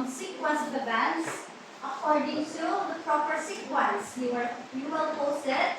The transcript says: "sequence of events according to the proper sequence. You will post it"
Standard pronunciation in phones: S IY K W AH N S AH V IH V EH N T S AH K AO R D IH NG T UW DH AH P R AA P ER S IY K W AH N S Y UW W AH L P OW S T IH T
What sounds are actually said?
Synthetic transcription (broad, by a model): S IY K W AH N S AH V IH B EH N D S AH K AO R D IH NG T UW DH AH P R AA P ER S IY K W AH N S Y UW W AH L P OW S T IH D